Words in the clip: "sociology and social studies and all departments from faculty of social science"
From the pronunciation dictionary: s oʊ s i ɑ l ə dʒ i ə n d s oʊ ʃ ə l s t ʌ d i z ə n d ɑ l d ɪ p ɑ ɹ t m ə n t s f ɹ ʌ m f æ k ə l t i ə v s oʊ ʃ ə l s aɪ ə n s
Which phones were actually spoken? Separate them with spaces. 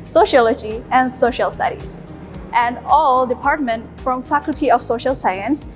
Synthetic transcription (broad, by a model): s oʊ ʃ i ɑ l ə dʒ i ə n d s oʊ ʃ ə l s t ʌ d i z ə n d ɑ l d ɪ p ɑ ɹ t m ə n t f ɹ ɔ m f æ k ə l t i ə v s oʊ ʃ ə l s aɪ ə n s